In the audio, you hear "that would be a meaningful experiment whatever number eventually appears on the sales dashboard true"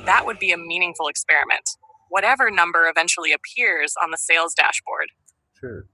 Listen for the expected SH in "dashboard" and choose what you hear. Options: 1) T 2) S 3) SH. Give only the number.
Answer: 3